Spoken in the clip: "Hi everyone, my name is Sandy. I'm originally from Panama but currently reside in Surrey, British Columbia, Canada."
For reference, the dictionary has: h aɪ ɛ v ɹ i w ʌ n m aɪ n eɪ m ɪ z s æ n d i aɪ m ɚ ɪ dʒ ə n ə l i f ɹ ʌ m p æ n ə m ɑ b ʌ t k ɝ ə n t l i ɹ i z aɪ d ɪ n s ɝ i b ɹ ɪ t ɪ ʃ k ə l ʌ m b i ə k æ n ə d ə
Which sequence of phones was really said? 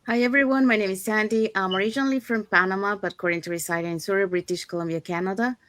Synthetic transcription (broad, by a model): h aɪ ɛ v ɹ i w ʌ n m aɪ n eɪ m ɪ z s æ n d i aɪ m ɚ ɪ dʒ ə n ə l i f ɹ ʌ m p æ n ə m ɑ b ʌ t k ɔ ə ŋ t i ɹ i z aɪ d ɪ n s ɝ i b ɹ ɪ t ɪ ʃ k ə l ʌ m b i ə k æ n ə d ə